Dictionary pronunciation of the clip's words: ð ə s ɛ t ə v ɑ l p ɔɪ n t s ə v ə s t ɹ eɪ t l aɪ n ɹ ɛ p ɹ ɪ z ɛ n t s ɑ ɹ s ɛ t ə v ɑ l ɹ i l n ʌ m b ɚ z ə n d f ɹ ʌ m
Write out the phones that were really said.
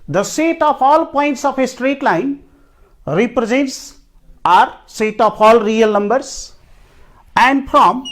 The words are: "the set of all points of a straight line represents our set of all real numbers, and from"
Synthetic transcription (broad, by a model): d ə s ɛ t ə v ɑ l p ɔɪ n t s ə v ə s t ɹ eɪ t l aɪ n ɹ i p ɹ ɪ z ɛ n t s ɑ ɹ s ɛ t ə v ɑ l ɹ i l n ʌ m b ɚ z ə n d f ɹ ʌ m